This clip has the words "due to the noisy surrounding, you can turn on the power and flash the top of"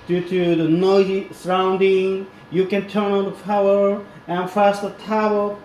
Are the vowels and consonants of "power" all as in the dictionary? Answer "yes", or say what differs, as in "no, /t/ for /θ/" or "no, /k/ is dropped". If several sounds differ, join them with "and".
no, /f/ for /p/